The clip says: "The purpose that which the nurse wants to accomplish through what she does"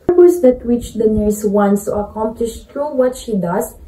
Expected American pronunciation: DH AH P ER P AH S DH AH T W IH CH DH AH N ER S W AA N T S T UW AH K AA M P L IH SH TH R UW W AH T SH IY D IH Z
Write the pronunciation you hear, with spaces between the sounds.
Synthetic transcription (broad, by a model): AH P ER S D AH T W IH CH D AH N ER S W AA N S T UW AH K AA M P L IH SH T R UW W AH T SH IY D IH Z